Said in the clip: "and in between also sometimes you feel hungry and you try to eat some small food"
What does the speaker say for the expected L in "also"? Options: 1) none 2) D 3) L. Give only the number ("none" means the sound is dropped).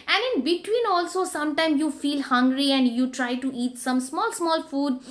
3